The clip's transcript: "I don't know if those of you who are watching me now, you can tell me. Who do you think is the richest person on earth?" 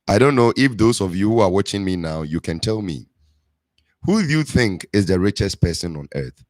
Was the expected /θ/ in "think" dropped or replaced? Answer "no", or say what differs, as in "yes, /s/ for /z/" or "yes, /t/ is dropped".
no